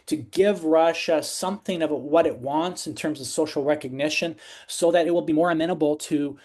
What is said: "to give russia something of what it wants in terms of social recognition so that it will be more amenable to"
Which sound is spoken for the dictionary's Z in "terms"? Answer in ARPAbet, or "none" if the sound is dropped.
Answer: Z